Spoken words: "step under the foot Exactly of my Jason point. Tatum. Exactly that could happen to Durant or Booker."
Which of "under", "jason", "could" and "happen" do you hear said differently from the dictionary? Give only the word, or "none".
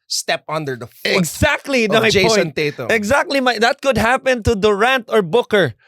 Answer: jason